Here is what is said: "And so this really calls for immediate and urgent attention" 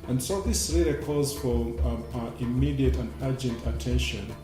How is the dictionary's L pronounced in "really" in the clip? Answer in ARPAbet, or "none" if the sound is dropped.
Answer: none